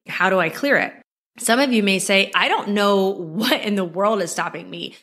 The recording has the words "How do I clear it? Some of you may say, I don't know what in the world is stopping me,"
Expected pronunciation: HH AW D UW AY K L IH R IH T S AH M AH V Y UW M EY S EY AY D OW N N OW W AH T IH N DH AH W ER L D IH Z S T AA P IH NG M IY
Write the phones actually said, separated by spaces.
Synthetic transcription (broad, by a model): HH AW D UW AY K L IH R IH T S AH M AH V Y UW M EY S EY AY D OW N N OW W AH T IH N DH AH W ER L D IH Z S T AA P IH NG M IY